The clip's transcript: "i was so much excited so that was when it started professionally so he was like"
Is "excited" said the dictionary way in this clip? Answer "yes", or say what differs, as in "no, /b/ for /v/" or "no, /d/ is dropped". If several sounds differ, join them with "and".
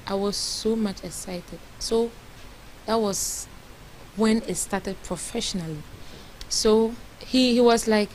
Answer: yes